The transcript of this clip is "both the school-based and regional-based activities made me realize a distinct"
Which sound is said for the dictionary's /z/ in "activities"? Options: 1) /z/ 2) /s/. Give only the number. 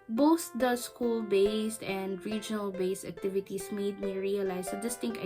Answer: 2